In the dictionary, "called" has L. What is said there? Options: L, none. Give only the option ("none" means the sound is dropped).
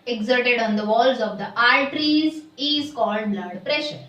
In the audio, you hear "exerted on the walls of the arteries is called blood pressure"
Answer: L